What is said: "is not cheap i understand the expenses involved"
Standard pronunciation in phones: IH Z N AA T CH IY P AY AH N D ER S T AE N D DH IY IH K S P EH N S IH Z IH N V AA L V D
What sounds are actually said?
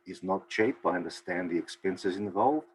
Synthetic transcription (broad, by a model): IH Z N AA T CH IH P AY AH N D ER S T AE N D DH IY IH K S P EH N S IH Z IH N V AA L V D